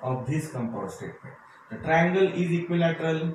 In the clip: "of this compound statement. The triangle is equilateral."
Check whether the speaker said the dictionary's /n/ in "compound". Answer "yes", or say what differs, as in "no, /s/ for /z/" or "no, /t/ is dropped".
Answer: no, /n/ is dropped